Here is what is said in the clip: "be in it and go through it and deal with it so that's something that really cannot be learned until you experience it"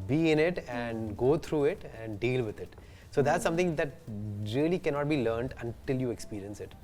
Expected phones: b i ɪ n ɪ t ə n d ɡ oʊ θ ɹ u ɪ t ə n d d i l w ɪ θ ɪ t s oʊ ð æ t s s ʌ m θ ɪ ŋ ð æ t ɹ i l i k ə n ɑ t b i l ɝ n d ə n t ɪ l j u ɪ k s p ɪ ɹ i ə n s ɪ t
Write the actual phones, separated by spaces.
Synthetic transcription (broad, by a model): b i ɪ n ɪ t ə n d ɡ oʊ t ɹ u ɪ t ə n d d i l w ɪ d ɪ t s oʊ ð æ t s s ʌ m t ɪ ŋ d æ t ɹ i l i k ə n ɑ t b i l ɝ n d ə n t ɪ l j u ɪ k s p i ɹ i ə n s ɪ t